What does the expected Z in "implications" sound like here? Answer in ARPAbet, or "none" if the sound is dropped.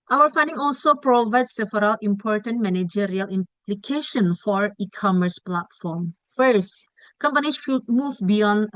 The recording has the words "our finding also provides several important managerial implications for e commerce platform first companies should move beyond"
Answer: none